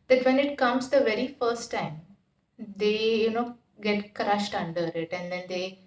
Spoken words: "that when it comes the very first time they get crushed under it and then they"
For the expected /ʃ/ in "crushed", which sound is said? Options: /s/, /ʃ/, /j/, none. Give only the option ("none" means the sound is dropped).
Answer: /ʃ/